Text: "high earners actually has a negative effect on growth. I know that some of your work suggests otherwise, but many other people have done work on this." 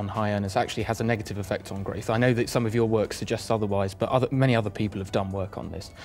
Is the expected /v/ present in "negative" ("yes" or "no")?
yes